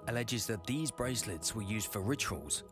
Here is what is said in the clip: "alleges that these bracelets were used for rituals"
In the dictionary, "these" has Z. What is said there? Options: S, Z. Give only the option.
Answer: Z